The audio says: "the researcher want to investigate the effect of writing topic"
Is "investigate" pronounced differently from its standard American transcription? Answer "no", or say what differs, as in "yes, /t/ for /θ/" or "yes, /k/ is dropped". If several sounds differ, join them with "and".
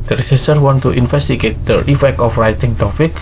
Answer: yes, /f/ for /v/